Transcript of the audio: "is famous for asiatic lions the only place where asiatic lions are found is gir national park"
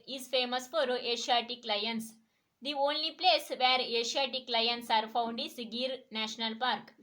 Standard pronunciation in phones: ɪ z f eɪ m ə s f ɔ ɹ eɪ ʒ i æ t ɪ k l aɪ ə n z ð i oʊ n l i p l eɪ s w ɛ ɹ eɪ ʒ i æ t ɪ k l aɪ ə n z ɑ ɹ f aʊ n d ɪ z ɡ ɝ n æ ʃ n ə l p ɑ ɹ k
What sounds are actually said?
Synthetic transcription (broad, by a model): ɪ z f eɪ m ə s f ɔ ɹ eɪ ʃ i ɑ t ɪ k l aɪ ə n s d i oʊ n l i p l eɪ s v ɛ ɹ eɪ ʃ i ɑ t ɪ k l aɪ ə n s ɑ ɹ f aʊ n d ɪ s ɡ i n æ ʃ n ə l p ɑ ɹ k